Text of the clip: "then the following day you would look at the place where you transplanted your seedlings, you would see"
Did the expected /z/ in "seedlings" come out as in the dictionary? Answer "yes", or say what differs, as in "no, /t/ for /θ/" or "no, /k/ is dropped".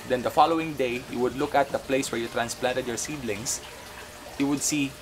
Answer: no, /s/ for /z/